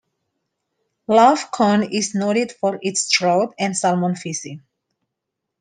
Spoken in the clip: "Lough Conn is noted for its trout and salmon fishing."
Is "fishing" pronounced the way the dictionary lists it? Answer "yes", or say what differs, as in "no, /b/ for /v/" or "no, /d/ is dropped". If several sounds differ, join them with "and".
no, /s/ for /ʃ/